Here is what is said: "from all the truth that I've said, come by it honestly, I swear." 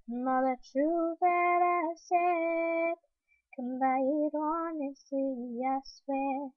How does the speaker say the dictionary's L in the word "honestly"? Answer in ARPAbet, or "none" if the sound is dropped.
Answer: none